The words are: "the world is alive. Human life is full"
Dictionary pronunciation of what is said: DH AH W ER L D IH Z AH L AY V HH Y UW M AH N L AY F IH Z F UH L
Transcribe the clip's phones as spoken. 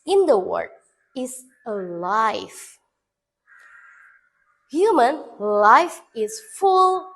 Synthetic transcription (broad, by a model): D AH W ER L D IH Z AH L AY F HH Y UW M AH N L AY F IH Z F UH L